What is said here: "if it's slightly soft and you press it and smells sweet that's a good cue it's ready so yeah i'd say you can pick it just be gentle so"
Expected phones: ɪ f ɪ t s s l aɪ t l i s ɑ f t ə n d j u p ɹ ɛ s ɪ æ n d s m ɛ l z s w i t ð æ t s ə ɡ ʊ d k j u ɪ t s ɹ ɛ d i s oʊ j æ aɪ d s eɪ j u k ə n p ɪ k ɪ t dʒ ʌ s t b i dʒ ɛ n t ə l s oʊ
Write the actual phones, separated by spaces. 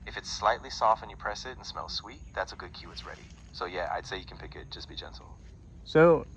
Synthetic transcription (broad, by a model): ɪ f ɪ t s s l aɪ t l i s ɑ f t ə n j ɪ p ɹ ɛ s ɪ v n s m ɛ l z s w i t ð æ t s ə ɡ ʊ d k j u ɪ t s ɹ ɛ d i s oʊ j æ aɪ d s eɪ j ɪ k n p ɪ k ɪ t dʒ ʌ s b i dʒ ɛ n t l s oʊ